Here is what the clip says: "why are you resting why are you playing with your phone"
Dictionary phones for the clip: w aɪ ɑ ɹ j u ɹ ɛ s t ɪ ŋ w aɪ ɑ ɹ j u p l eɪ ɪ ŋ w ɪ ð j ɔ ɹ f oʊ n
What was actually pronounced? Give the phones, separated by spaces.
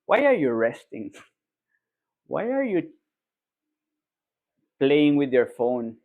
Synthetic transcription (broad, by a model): w aɪ ɑ ɹ j u ɹ ɛ s t ɪ ŋ w aɪ ɑ ɹ j u p l eɪ ɪ ŋ w ɪ ð j ɔ ɹ f oʊ n